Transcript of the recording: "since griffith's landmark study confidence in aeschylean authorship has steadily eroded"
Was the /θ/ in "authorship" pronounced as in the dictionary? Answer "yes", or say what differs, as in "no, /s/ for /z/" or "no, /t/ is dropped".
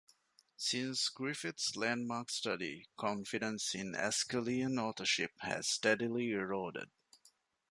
no, /t/ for /θ/